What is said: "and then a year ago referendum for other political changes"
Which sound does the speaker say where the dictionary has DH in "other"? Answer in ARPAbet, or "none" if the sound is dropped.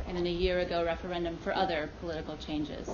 DH